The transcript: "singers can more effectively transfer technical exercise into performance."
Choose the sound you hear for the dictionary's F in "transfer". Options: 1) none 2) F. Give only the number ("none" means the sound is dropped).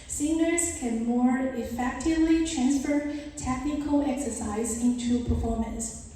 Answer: 2